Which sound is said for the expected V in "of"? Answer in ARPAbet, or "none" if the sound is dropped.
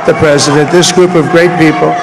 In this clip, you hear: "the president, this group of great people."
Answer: V